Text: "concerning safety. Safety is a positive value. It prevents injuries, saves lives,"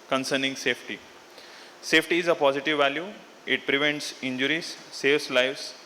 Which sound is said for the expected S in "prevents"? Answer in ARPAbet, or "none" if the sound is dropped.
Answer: S